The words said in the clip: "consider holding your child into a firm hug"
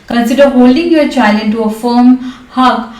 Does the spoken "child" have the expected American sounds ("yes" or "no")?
no